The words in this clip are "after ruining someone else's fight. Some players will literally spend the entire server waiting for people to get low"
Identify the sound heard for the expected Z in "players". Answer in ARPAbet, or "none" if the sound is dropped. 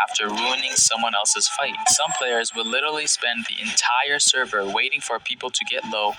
Z